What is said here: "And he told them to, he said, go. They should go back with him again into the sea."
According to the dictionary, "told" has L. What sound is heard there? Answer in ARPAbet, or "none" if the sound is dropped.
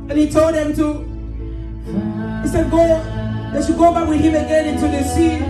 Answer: L